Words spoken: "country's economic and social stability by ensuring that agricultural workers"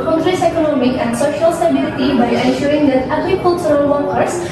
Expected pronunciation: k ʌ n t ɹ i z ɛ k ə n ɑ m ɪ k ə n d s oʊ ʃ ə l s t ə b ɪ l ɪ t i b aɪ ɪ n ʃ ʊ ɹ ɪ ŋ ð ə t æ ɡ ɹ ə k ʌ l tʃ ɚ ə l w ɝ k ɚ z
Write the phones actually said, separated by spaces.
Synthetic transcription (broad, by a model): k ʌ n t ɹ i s ɛ k ə n ɑ m ɪ k ə n d s oʊ ʃ ə l s t ə b ɪ l ɪ t i b aɪ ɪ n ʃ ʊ ɹ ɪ ŋ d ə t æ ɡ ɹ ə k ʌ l s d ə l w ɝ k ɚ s